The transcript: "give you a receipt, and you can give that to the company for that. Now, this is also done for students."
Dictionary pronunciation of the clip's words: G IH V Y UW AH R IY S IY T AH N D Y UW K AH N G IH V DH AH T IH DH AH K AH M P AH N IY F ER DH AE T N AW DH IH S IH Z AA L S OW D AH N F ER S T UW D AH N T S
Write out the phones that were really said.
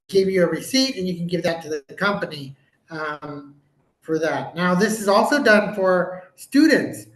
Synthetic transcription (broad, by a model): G IH V Y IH AH R IY S IY T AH N Y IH K N G IH V DH AH T IH DH AH K AH M P AH N IY F ER DH AE T N AW DH IH S IH Z AA L S OW D AH N F ER S T UW D N T S